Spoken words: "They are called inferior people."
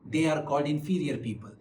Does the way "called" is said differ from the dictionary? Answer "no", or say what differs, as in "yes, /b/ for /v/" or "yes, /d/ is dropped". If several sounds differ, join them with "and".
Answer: no